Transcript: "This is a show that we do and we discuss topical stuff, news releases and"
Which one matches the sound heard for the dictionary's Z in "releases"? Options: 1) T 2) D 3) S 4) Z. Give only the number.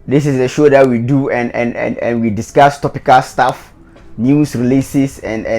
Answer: 3